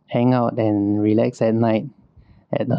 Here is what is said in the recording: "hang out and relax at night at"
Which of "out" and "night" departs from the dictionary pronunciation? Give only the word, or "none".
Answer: none